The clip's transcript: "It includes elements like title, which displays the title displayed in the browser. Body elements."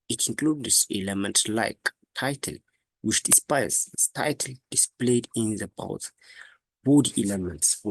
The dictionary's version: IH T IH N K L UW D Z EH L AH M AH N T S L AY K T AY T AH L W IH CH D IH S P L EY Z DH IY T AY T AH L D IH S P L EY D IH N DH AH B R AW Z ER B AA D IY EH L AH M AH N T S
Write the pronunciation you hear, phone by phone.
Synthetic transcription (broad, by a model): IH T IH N K L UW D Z EH L AH M AH N T S L AY K T AY T AH L W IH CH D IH S P AA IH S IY T AY T AH L D IH S P L EY D IH N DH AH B AW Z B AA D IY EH L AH M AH N T S